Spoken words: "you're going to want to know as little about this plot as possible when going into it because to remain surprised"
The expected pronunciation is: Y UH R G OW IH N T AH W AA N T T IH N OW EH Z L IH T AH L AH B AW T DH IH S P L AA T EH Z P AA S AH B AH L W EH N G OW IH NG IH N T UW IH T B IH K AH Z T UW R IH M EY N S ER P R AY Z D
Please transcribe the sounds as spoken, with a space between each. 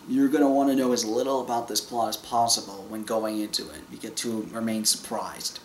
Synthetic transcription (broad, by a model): Y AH R G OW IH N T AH W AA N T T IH N OW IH Z L IH T L AH B AW T DH IH S P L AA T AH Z P AA S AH B L W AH N G OW IH NG IH N T UW IH T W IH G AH T UW R IH M EY N S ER P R AY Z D